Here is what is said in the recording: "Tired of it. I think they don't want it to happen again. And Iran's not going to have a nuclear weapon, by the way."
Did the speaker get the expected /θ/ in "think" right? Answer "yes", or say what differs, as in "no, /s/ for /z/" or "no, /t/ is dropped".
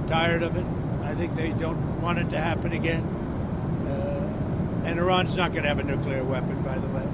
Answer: yes